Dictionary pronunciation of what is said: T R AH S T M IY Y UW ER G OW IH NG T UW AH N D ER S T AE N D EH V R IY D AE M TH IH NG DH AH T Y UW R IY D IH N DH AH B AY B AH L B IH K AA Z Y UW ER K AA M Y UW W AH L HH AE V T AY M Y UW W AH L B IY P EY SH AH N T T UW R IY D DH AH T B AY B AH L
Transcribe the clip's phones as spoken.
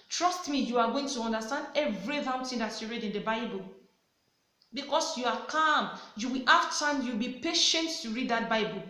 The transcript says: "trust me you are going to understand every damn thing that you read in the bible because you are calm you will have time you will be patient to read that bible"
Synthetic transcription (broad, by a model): T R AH S T M IY Y UW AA G OW IH NG T UW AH N D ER S T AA N D EH V R IY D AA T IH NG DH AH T Y UW R IY D IH N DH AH B AY B AH L B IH K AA S Y UW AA K AA M Y UW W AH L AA F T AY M Y UW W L B IY P EY SH AH N T T UW R IY D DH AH T B AY B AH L